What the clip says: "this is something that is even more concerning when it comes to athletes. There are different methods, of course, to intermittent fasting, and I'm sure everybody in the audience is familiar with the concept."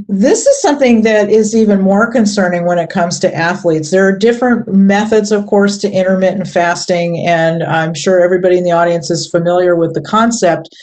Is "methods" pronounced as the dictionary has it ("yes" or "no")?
yes